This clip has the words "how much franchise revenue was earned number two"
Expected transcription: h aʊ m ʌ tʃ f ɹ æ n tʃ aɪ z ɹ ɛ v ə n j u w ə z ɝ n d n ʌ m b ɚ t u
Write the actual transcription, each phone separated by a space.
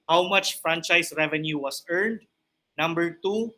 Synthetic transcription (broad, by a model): h aʊ m ʌ tʃ f ɹ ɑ n tʃ aɪ s ɹ ɛ v ə n j u w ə s ɝ n d n ʌ m b ɚ t u